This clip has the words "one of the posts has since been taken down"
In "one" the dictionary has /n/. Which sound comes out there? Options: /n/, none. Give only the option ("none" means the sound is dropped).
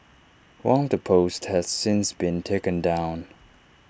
none